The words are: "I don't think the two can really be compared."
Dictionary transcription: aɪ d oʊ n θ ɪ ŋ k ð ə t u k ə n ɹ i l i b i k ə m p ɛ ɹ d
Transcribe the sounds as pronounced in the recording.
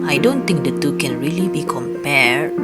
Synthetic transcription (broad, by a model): aɪ d oʊ n t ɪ ŋ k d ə t u k ə n ɹ i l i b i k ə m p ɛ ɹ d